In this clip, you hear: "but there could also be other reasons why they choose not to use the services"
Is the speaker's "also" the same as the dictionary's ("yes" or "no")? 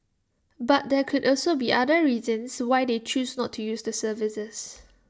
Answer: yes